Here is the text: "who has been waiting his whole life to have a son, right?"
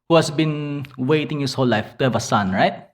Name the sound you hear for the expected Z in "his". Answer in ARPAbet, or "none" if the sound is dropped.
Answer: S